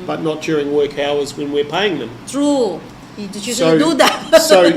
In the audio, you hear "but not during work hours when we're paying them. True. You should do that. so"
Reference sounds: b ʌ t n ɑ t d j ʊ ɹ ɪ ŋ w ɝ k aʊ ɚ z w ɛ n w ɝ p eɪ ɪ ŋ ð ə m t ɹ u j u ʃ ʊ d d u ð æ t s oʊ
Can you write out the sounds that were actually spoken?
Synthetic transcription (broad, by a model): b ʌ t n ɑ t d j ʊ ɹ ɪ ŋ w ɝ k aʊ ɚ z w ɛ n w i p eɪ ɪ ŋ ð ə m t ɹ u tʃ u s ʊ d d u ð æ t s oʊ